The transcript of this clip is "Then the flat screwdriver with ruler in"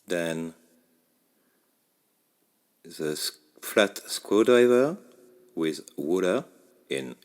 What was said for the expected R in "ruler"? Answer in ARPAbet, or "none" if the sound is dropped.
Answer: W